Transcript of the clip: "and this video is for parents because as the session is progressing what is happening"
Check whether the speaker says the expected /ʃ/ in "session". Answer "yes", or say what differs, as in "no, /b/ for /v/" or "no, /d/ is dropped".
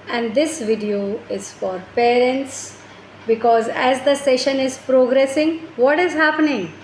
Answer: yes